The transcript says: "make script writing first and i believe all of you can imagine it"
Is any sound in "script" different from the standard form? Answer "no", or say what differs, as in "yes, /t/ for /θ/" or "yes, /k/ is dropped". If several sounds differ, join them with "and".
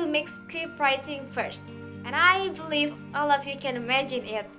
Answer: yes, /ɹ/ is dropped